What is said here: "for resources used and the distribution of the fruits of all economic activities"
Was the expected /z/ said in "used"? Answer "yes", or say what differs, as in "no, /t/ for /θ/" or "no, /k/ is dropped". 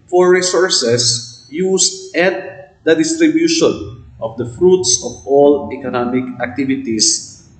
no, /s/ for /z/